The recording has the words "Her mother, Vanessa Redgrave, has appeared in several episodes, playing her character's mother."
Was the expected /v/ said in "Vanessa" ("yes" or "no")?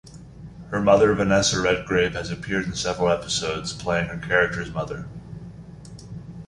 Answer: yes